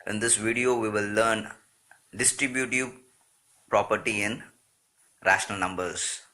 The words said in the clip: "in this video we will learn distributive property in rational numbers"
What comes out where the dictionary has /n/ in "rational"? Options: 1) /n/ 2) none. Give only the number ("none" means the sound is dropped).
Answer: 1